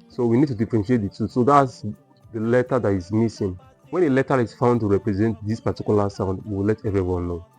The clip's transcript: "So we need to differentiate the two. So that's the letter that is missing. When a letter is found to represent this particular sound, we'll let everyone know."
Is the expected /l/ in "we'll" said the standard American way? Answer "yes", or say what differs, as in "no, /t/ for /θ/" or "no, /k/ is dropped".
no, /w/ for /l/